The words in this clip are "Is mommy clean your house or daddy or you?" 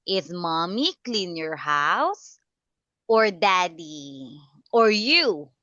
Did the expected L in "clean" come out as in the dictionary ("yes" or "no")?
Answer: yes